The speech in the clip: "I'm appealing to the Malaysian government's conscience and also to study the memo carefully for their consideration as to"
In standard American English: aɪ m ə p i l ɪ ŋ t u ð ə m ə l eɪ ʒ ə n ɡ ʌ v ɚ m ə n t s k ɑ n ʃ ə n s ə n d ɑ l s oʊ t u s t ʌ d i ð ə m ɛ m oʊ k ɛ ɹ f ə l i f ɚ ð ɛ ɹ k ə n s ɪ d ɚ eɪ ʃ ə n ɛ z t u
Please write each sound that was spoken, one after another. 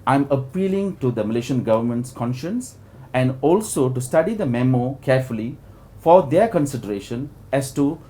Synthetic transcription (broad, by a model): aɪ m ə p i l ɪ ŋ t u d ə m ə l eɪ ʃ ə n ɡ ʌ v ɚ m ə n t s k ɑ n ʃ ə n s ə n d ɑ l s oʊ t u s t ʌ d i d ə m ɛ m oʊ k ɛ ɹ f ə l i f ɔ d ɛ k ə n s ɪ d ɚ eɪ ʃ ə n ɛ s t u